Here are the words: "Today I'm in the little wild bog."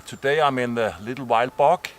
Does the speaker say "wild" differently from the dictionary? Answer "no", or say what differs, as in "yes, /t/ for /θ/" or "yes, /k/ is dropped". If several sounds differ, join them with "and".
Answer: no